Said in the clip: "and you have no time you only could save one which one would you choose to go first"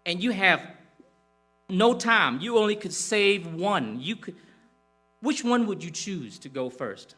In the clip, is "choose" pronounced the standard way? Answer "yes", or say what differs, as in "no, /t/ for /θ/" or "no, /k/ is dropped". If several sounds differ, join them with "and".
yes